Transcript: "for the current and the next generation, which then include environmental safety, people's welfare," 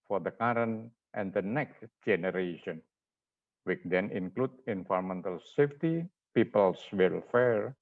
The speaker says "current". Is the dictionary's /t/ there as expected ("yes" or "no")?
yes